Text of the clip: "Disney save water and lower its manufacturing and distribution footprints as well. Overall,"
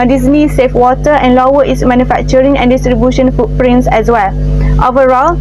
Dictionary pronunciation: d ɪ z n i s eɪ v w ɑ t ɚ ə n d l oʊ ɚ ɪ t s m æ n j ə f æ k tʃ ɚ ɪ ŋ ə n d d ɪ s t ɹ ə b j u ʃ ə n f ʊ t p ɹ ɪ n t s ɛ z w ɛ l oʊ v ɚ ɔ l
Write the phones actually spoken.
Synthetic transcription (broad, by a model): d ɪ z n i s eɪ f w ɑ t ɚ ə n l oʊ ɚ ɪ t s m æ n j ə f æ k tʃ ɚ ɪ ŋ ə n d d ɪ s t ɹ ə b j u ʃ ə n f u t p ɹ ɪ n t s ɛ s w ɛ l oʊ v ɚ ɔ l